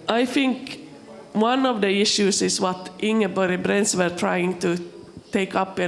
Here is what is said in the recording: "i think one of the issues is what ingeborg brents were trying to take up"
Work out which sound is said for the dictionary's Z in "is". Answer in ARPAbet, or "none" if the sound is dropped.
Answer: S